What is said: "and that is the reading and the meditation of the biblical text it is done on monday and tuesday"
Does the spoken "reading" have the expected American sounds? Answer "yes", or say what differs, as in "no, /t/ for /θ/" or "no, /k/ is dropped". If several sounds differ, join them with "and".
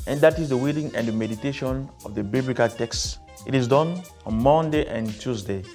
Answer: no, /w/ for /ɹ/